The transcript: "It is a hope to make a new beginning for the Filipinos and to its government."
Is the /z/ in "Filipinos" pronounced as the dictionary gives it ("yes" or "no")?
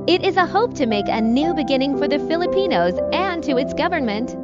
yes